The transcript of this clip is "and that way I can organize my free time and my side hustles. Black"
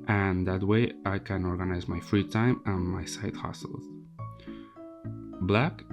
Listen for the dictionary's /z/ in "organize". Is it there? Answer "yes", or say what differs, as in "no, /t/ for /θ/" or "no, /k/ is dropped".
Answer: yes